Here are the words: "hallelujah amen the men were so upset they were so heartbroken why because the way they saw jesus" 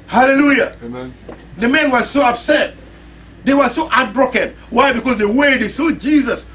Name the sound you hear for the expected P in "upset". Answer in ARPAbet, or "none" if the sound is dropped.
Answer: B